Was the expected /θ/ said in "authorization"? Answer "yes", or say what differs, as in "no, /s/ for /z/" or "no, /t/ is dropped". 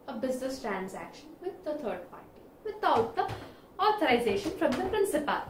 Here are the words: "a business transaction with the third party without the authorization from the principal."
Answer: no, /t/ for /θ/